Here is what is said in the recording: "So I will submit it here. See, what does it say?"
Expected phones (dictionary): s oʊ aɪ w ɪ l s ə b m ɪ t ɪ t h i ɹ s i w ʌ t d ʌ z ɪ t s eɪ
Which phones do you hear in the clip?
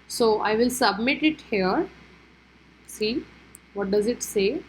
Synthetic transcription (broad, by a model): s oʊ aɪ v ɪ l s ə b m ɪ t ɪ t h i ɹ s i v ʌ t d ʌ z ɪ t s eɪ